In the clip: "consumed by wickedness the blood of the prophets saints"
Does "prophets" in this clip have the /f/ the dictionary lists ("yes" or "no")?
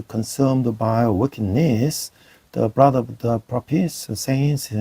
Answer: no